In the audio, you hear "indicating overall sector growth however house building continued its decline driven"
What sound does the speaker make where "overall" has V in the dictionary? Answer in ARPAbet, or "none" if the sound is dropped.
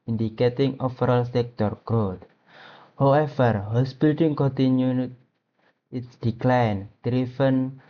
F